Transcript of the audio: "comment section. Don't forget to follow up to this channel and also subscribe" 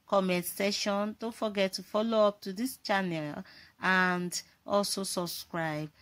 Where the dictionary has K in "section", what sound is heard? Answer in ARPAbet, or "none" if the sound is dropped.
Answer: none